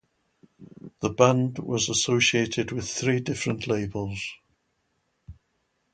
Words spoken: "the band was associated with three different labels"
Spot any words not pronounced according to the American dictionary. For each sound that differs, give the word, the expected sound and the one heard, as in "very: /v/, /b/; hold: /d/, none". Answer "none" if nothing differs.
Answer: none